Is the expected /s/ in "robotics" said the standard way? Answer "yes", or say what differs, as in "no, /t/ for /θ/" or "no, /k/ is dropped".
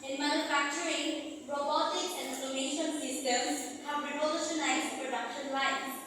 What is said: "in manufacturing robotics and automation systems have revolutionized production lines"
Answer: no, /s/ is dropped